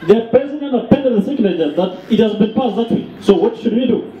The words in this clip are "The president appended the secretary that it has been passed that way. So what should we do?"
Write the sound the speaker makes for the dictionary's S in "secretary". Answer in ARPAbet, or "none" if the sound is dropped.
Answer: TH